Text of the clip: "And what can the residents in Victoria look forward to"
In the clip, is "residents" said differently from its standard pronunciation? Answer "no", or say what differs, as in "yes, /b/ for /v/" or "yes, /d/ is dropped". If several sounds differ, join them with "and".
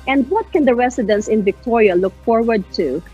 yes, /s/ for /z/